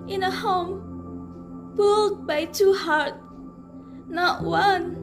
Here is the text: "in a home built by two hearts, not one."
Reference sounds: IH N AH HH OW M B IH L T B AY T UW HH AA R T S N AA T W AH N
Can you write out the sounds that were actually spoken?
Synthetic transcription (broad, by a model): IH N AH HH OW M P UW L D B AY T UW HH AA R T N AA T W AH N